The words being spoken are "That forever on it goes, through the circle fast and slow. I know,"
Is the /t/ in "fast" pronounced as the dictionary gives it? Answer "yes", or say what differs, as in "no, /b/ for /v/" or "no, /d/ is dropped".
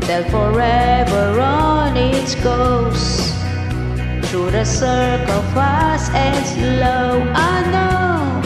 no, /t/ is dropped